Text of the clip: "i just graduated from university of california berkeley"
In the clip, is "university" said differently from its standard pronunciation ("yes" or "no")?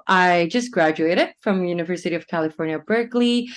no